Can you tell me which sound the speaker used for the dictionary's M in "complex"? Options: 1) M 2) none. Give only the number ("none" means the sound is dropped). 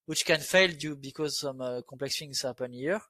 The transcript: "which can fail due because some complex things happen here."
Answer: 2